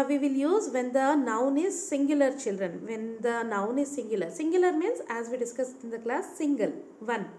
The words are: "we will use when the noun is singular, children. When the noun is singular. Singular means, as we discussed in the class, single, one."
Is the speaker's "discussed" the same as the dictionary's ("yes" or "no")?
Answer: no